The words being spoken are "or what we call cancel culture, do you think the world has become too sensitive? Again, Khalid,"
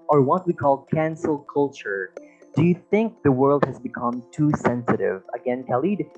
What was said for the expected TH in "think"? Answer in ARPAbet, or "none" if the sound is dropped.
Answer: TH